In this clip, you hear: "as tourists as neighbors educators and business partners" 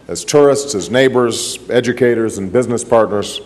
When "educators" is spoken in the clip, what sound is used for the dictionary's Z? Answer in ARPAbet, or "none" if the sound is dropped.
Z